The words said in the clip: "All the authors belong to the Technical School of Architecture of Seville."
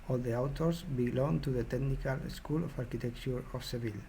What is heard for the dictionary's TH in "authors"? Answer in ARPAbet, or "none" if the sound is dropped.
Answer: T